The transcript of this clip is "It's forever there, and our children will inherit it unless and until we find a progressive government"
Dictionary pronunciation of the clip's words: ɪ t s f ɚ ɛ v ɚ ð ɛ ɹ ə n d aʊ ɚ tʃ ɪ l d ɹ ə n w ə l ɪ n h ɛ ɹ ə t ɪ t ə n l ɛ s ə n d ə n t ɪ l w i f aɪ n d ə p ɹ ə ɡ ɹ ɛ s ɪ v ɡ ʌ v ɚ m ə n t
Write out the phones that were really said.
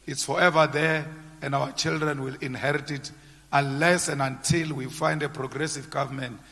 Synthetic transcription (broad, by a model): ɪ t s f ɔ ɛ v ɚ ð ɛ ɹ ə n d aʊ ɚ tʃ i l d ɹ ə n w ə l ɪ n h ɛ ɹ ə t ɪ t ə n l ɛ s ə n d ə n t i l w i f aɪ n d ə p ɹ ə ɡ ɹ ɛ s ɪ v ɡ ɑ v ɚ m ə n t